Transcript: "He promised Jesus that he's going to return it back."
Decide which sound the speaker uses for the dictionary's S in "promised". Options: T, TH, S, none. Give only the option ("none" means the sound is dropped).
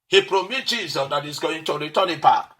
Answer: none